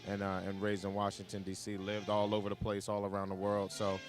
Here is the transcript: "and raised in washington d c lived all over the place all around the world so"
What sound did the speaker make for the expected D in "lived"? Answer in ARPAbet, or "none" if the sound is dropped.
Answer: D